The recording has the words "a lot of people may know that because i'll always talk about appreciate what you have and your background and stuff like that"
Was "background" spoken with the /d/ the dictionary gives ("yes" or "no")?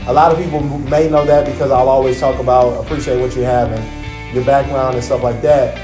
yes